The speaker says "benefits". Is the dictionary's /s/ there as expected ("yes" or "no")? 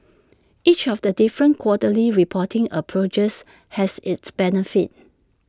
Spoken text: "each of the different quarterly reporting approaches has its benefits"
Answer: no